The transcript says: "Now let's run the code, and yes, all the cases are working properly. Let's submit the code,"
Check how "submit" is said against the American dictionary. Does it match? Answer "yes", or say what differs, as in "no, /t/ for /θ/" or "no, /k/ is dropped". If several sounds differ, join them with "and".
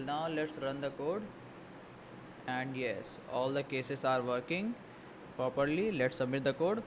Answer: no, /b/ is dropped